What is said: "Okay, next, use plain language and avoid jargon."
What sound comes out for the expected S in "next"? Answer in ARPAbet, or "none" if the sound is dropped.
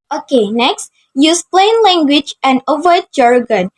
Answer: S